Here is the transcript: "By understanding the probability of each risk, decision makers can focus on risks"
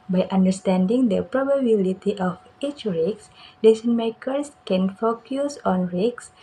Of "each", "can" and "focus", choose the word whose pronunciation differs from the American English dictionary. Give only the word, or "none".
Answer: none